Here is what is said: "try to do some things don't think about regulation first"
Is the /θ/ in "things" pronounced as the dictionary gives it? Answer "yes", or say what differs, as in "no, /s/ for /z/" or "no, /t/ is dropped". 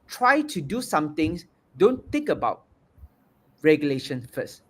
no, /t/ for /θ/